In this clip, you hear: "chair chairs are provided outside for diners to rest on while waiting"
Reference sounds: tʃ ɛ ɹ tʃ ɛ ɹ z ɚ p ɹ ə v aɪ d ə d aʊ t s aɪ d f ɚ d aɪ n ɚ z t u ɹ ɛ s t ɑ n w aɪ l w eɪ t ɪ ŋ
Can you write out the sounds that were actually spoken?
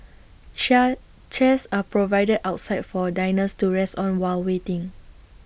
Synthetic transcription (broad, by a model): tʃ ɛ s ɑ p ɹ ə v aɪ d ə d aʊ t s aɪ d f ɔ d aɪ n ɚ s t u ɹ ɛ s t ɑ n w aɪ l w eɪ t ɪ ŋ